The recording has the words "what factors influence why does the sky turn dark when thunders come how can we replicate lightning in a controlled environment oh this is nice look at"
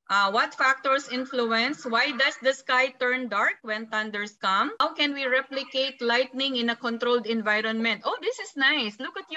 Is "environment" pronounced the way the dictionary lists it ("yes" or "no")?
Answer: yes